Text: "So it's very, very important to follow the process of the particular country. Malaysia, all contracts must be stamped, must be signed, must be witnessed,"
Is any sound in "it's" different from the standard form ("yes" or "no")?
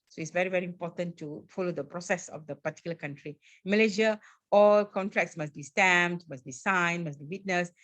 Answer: no